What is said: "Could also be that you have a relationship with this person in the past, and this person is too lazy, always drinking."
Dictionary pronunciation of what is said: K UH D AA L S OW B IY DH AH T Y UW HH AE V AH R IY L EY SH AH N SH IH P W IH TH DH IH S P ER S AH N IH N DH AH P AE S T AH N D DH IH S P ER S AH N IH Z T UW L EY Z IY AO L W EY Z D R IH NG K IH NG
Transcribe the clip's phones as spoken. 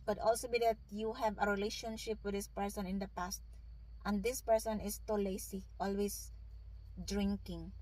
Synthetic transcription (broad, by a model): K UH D AA L S OW B IY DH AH T Y UW HH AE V AH R IY L EY SH AH N SH IH P W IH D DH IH S P ER S AH N IH N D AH P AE S T AH N D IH S P ER S AH N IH S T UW L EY S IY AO L W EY S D R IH NG K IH NG